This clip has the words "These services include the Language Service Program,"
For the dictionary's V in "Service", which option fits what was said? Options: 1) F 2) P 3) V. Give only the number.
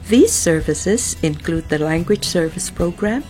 3